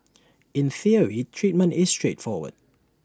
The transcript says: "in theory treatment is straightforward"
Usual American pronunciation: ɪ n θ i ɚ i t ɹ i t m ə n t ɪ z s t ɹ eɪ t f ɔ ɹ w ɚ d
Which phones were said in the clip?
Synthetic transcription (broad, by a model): ɪ n θ i ɚ i t ɹ i t m ə n t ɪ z s t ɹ eɪ t f ɔ w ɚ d